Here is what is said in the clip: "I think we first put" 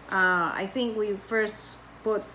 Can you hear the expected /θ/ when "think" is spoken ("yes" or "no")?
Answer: yes